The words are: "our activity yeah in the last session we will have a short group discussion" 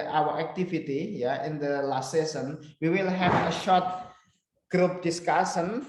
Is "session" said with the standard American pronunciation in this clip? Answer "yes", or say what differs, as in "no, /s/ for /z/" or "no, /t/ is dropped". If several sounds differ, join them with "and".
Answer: no, /s/ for /ʃ/